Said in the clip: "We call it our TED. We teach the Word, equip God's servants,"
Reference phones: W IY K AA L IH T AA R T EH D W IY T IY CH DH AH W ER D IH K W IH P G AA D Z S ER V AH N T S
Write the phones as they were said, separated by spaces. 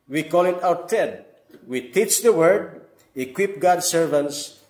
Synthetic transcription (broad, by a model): W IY K AA L IH T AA W T EH D W IY T IY CH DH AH W ER D IH K W IH P G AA D S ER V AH N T S